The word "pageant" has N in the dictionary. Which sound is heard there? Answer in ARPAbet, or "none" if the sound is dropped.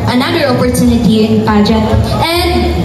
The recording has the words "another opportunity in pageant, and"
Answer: none